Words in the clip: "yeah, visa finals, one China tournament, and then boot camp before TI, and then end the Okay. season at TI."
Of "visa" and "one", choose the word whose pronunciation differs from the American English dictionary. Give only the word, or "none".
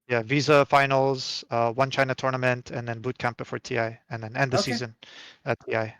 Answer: none